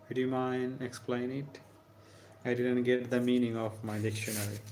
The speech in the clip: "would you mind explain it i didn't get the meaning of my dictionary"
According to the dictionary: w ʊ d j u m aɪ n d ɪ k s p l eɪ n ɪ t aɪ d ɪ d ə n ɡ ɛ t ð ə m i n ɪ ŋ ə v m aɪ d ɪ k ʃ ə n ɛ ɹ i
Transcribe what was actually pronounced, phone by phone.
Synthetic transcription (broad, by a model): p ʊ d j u m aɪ n ɪ k s p l eɪ n ɪ t aɪ d ɪ d ə n ɡ ɛ t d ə m i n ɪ ŋ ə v m aɪ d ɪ k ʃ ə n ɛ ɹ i